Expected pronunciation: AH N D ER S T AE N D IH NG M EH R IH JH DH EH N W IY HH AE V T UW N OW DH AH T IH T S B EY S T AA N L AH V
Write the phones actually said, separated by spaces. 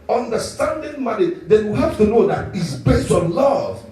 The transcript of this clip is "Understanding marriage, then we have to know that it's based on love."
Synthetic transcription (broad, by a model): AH N D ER S T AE N D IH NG M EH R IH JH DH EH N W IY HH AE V T UW N OW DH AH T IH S B EY S T AA N L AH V